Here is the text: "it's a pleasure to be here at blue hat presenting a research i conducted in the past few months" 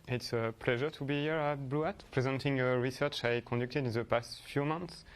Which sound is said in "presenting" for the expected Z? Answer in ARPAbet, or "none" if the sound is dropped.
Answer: Z